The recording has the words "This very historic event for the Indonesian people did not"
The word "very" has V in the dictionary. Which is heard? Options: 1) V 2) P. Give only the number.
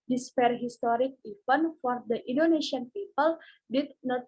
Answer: 2